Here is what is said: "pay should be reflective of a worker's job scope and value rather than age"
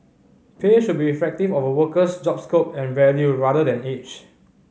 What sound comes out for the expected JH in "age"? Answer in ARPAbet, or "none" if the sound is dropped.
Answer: CH